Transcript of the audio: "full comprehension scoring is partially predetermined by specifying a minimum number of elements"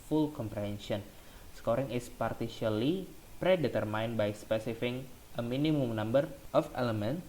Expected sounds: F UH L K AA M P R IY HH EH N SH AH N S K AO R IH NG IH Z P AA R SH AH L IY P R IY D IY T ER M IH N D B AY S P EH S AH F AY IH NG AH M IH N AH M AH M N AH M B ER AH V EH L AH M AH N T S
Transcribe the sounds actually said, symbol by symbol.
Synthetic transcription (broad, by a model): F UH L K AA M P R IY HH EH N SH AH N S K AO R IH NG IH S P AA R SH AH L IY P R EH D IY T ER M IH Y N B AY S P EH S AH F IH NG AH M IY N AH M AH M N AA M B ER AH F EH L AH M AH N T